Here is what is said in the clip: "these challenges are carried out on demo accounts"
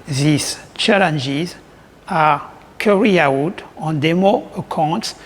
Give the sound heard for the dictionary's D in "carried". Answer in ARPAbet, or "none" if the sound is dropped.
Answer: none